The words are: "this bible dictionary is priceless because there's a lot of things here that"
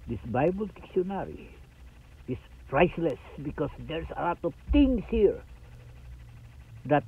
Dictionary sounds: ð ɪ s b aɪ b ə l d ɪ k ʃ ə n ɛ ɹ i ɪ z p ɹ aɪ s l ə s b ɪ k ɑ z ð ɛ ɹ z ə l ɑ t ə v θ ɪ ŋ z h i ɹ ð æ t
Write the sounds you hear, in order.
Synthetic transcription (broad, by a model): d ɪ s b aɪ b ə l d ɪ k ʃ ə n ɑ ɹ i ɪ s p ɹ aɪ s l ə s b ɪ k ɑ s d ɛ ɹ s ə l ɑ t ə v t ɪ ŋ s h i ɹ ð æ t